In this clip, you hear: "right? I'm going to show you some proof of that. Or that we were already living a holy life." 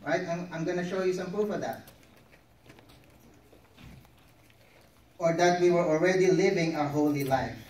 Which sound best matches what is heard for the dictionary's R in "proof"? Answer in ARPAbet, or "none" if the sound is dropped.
none